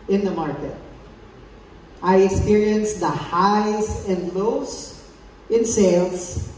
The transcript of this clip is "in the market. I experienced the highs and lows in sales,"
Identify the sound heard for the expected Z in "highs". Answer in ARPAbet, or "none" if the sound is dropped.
S